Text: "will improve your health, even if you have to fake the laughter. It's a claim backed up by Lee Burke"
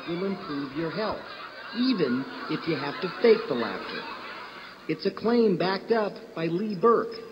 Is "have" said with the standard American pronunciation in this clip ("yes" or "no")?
no